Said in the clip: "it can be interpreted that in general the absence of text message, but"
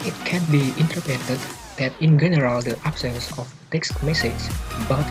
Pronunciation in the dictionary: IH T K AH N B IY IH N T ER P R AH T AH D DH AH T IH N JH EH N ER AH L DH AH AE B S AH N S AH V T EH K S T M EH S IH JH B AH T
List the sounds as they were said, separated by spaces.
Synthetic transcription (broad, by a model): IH T K AH N B IY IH N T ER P AH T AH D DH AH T IH N JH EH N ER AH L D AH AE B S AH N S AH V T EH K S T M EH S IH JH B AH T